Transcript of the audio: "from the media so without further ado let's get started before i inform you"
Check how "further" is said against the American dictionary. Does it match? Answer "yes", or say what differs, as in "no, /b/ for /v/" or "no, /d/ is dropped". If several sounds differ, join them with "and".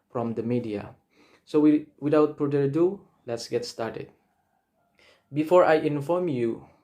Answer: no, /p/ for /f/